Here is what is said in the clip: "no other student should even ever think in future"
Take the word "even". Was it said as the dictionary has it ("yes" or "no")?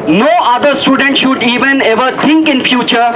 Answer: yes